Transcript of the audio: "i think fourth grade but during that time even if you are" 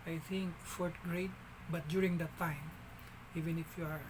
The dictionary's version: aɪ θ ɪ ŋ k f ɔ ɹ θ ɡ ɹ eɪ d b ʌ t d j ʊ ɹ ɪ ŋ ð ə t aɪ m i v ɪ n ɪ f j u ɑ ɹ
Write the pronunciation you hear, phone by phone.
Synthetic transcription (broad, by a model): aɪ t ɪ ŋ k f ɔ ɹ t ɡ ɹ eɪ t b ʌ t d j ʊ ɹ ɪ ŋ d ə t aɪ m i v ɪ n ɪ f j u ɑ ɹ